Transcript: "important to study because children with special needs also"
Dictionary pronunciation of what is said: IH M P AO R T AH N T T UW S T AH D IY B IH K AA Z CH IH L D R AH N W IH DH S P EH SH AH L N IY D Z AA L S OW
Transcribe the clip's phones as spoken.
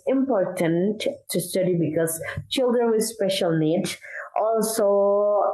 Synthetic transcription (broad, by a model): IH M P AO R T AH N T T UW S T AH D IY B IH K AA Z CH IH L D R AH N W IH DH S P EH SH AH L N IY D AA L S OW